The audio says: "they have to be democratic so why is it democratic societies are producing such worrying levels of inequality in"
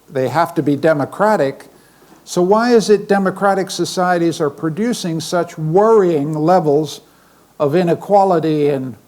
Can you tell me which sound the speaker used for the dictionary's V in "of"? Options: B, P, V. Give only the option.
V